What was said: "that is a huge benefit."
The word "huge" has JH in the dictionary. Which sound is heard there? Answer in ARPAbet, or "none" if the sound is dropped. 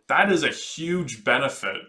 JH